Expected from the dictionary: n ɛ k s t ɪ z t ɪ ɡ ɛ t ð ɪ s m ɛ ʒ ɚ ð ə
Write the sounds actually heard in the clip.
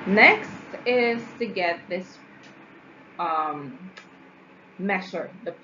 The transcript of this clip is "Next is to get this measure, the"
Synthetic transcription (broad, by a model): n ɛ k s t ɪ z t ɪ ɡ ɛ t ð ɪ s m ɛ ʃ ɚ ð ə